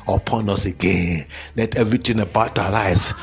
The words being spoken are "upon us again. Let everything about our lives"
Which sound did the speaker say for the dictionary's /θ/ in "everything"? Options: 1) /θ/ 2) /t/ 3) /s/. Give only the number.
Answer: 2